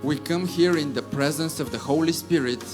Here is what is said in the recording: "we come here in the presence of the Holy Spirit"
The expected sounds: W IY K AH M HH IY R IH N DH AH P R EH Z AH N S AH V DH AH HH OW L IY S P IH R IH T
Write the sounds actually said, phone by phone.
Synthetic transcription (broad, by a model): W IY K AH M HH IY R IH N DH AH P R EH Z AH N S AH V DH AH HH OW L IY S P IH R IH T